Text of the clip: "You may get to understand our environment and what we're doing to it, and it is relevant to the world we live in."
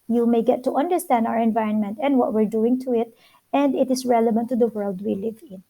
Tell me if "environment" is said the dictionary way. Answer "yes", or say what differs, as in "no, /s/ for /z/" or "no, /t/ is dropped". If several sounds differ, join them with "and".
yes